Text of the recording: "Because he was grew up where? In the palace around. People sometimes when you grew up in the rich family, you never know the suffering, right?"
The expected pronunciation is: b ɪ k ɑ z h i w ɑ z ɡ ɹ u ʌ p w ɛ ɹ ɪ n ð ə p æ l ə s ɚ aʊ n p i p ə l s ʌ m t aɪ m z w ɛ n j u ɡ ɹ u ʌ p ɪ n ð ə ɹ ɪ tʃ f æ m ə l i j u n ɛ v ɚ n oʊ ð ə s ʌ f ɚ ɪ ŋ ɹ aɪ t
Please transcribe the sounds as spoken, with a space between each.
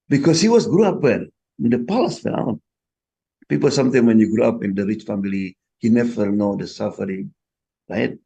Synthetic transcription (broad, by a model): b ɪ k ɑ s h i w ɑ s ɡ ɹ u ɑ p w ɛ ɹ ɪ n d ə p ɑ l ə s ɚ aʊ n p i p ə l s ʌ m t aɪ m w ɛ n j u ɡ ɹ u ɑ p ɪ n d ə ɹ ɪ tʃ f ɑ m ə l i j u n ɛ v ɚ n oʊ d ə s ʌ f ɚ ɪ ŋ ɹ aɪ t